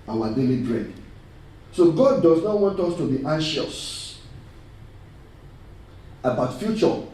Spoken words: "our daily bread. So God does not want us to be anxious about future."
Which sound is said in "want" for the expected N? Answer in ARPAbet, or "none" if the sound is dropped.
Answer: N